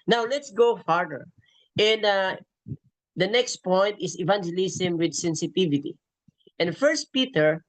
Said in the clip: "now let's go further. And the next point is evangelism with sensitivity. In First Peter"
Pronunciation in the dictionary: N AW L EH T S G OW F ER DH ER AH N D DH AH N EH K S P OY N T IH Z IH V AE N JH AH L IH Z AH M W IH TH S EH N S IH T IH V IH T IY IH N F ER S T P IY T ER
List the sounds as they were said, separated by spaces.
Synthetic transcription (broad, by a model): N AW L EH T S G OW F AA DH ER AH N D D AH N EH K S P OY N T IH S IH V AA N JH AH L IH S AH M W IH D S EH N S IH T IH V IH T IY IH N F ER S T P IY T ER